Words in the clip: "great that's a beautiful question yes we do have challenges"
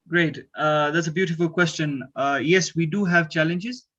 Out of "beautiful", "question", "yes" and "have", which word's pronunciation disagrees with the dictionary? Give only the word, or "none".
none